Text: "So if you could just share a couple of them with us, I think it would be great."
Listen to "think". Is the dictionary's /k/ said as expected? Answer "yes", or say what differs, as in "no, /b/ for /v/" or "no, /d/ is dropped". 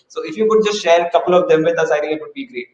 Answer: no, /k/ is dropped